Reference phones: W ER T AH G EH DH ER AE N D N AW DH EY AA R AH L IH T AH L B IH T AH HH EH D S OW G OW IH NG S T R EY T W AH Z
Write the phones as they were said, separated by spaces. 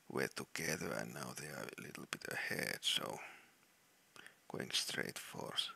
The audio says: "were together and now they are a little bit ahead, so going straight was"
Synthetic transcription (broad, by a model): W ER T AH G EH DH ER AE N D N AW DH EY AA R AH L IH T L B IH T AH HH EH D S OW G OW IH NG S T R EY T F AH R